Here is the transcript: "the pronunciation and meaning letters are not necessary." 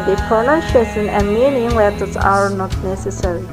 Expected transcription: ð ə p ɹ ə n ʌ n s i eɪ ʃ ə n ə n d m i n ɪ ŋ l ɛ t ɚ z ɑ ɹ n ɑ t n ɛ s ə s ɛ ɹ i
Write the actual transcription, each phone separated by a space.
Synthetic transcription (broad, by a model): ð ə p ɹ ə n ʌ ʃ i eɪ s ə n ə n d m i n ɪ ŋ w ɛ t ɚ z ɑ ɹ n ɑ t n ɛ s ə s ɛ ɹ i